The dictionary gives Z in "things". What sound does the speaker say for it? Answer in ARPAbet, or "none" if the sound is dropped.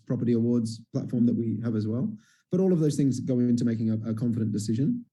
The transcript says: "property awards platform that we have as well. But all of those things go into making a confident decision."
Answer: Z